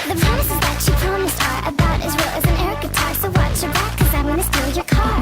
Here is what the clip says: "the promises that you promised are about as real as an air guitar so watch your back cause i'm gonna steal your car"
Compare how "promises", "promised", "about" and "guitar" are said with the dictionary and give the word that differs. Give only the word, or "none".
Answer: none